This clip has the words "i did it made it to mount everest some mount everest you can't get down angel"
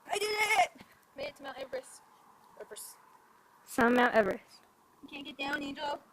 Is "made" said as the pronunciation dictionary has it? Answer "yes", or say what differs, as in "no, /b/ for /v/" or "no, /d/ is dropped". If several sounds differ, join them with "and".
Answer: no, /d/ is dropped